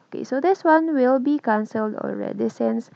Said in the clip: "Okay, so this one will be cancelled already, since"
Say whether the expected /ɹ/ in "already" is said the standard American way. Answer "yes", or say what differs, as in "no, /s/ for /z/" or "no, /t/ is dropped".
yes